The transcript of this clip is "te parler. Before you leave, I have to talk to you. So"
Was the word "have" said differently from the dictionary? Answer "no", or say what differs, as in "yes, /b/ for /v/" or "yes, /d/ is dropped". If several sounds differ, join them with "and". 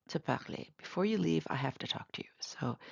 yes, /f/ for /v/